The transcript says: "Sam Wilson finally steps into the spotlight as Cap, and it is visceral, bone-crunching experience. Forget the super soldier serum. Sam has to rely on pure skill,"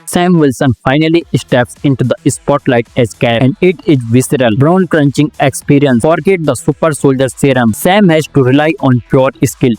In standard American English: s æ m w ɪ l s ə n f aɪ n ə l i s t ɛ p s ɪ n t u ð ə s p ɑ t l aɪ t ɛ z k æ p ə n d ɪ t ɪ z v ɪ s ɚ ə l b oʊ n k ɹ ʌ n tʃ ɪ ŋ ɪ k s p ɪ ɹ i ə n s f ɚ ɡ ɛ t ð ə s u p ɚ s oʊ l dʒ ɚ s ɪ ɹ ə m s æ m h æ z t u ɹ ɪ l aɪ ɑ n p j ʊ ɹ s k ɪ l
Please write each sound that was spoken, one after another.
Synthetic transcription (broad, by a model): s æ m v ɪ l s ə n f aɪ n ə l i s t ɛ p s ɪ n t u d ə s p ɑ t l aɪ t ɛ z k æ ə n d ɪ t ɪ z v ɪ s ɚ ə l b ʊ n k ɹ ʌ n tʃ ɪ ŋ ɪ k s p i ɹ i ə n s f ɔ ɡ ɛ t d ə s u p ɚ s oʊ l dʒ ɚ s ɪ ɹ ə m s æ m h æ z t u ɹ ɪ l aɪ ɑ n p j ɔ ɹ s k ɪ l